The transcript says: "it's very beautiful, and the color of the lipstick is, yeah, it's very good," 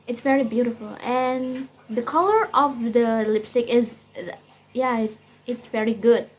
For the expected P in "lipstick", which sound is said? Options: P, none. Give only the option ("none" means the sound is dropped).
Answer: P